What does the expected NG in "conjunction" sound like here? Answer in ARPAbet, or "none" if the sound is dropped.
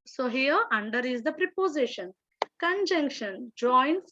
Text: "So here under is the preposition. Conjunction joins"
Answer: NG